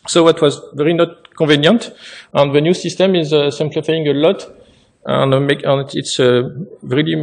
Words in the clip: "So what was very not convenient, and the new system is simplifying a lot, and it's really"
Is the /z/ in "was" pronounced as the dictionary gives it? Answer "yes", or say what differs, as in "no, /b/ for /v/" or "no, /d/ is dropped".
yes